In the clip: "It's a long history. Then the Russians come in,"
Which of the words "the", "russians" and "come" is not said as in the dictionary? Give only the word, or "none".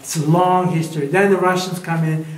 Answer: none